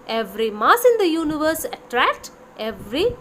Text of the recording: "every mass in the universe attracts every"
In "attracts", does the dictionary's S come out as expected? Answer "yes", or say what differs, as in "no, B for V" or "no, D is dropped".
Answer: no, S is dropped